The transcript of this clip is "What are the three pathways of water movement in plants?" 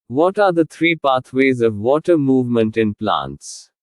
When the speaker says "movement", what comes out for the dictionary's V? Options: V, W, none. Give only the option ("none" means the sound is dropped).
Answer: V